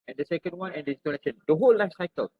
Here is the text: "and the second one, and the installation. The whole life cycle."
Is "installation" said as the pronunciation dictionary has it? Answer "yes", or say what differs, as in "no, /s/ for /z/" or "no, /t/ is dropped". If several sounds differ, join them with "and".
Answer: no, /n/ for /l/ and /s/ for /ʃ/